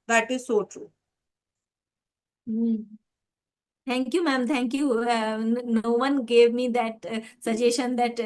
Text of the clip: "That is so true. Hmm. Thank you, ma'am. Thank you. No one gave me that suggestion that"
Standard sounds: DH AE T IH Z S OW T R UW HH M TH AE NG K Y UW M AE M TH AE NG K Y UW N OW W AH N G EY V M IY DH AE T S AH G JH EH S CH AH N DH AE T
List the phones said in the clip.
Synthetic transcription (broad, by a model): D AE T IH Z S OW T R UW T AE NG K Y UW M AE M T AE NG K Y UW N OW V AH N G EY V M IY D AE T S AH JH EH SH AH N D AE T